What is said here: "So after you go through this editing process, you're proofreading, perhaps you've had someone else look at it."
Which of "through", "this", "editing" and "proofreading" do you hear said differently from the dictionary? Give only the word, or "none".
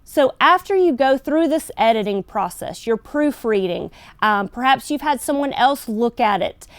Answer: none